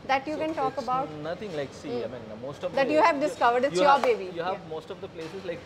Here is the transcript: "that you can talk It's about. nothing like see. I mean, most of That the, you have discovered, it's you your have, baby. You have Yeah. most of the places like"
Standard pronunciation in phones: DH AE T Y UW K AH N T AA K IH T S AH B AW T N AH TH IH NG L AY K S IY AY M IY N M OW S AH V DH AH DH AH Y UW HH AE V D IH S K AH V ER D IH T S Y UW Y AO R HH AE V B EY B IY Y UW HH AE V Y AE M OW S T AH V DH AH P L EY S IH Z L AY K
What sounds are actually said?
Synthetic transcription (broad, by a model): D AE T Y UW K AH N T AA K AH B AW T N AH T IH NG L AY K S IY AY M IY N M OW S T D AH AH Y UW HH AE V D IH S K AH V ER D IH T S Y Y AO R B EY B IY Y UW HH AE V M OW S T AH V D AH P L EY S IH Z L AY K